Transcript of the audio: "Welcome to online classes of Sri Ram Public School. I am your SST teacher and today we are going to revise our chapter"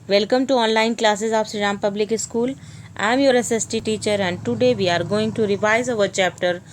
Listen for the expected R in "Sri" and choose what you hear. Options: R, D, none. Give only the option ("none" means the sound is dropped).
none